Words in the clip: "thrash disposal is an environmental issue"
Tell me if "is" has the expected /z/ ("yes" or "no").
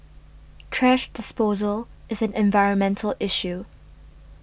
yes